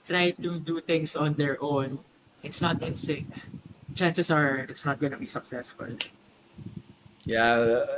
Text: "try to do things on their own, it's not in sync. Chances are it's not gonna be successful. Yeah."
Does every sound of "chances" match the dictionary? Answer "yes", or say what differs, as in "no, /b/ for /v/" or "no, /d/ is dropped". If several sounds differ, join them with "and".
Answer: no, /s/ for /z/